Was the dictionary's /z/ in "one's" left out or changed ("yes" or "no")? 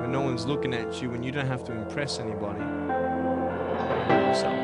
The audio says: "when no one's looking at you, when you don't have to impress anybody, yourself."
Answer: no